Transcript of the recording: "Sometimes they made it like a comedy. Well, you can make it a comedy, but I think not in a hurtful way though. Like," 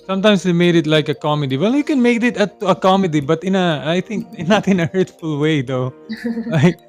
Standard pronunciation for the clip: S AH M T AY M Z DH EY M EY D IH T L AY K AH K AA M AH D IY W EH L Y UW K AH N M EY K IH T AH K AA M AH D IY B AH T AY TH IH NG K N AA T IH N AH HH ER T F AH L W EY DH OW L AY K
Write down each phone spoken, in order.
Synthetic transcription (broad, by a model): S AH M T AY M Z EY M EY D IH T L AY K AH K AA M AH D IY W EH L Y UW K AH N M EY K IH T AH K AA M AH D IY B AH T AY T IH NG K N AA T IH N AH HH ER T F AH L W EY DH OW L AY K